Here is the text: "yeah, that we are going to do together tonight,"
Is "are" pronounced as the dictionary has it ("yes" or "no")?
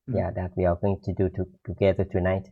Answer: no